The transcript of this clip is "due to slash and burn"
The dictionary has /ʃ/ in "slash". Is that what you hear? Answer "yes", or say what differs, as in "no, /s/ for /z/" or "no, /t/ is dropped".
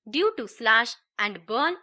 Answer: yes